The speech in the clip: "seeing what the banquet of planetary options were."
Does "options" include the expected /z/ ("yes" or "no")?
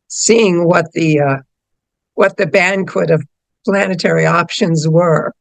yes